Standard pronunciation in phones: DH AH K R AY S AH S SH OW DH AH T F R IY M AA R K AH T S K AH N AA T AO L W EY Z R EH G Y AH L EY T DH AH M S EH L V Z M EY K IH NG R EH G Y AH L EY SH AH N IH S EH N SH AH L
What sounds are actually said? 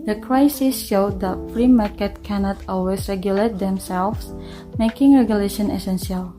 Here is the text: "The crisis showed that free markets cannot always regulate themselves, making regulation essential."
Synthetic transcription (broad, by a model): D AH K R AY S AH S SH OW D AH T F R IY M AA R K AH T K AH N AA T AO L W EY S R EH G Y AH L EY T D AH M S EH L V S M EY K IH NG R EH G Y AH L EY SH AH N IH S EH N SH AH L